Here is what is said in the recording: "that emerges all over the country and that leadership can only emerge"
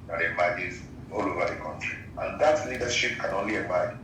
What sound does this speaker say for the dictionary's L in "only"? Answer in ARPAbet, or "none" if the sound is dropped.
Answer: L